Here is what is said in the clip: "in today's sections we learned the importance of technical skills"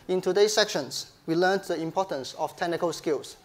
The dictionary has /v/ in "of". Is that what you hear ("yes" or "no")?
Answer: no